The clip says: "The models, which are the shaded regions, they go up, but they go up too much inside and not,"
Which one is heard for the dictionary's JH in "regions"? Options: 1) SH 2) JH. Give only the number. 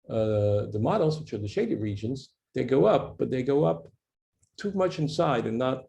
2